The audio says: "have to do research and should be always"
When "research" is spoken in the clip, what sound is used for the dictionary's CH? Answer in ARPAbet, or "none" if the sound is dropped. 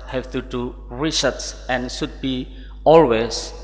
S